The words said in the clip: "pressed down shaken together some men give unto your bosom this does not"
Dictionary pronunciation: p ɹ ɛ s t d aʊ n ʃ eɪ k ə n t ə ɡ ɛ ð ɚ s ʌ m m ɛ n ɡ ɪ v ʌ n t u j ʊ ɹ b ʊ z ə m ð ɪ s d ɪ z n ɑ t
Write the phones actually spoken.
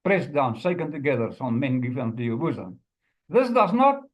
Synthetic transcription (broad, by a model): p ɹ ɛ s d aʊ n s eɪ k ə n t ə ɡ ɛ ð ɚ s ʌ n m ɛ n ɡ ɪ f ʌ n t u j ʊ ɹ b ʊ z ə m ð ɪ s d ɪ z n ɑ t